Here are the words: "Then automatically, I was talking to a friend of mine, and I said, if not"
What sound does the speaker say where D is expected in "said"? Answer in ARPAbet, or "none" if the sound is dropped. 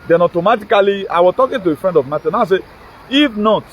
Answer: none